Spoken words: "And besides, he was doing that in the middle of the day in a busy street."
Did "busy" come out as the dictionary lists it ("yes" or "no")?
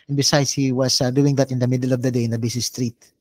no